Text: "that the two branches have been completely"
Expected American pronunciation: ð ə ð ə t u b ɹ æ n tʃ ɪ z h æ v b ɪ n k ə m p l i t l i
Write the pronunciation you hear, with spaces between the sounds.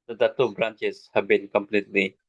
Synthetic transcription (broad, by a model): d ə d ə t u b ɹ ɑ n tʃ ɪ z h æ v b ɪ n k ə m p l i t l i